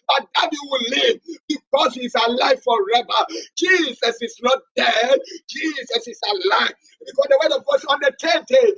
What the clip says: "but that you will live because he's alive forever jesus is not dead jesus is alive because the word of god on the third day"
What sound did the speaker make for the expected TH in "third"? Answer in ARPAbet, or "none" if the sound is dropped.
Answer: T